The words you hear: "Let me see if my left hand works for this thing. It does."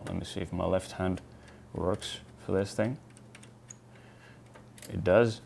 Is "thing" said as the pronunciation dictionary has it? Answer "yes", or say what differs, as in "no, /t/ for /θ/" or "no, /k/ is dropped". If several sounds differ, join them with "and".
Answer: yes